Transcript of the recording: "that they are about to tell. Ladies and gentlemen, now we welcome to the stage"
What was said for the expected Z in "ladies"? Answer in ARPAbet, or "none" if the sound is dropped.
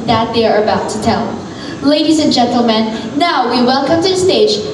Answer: Z